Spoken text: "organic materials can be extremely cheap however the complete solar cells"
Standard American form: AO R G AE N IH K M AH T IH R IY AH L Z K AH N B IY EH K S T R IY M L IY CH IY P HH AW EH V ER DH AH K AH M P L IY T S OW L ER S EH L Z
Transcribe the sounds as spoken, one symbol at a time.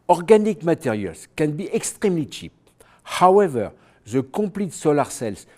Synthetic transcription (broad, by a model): AO R G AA N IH K M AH T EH R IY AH L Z K AH N B IY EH K S T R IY M L IY CH IY P HH AW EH V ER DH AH K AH P L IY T S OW L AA S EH L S